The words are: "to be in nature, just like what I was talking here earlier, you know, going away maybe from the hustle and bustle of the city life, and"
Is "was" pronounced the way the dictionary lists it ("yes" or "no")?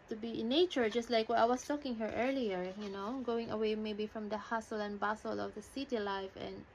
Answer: no